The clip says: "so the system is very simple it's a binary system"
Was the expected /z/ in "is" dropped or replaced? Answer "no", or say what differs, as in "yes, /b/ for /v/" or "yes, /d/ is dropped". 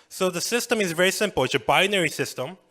no